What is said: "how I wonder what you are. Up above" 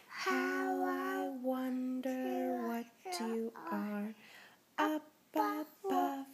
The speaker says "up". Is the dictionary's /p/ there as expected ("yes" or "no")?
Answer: no